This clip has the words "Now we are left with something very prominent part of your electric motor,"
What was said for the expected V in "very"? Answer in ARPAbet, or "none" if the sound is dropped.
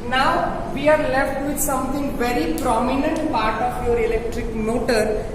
V